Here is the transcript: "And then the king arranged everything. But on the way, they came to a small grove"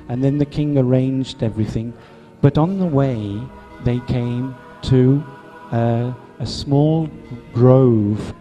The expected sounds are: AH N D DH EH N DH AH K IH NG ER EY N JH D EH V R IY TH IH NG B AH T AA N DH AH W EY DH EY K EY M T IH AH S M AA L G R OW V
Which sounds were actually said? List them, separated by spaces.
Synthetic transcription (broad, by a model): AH N DH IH N DH AH K IH NG ER EY N JH D EH V R IY TH IH NG B AH T N DH AH W EY DH EY K EY M T IH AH S M AA L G R OW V